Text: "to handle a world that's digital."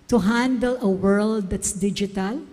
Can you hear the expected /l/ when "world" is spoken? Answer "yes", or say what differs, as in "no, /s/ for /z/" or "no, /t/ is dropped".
yes